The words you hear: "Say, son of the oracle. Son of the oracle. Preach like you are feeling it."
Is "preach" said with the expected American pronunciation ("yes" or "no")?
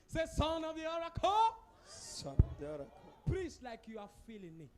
no